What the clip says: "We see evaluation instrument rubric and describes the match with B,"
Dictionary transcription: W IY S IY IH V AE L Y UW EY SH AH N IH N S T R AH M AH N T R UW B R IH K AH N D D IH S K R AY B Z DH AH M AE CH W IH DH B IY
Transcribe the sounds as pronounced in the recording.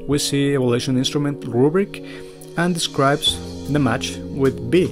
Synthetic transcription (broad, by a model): W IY S IY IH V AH L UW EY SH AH N IH N S T R AH M AH N T R UW B R IH K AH N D D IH S K R AY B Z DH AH M AE CH W IH DH B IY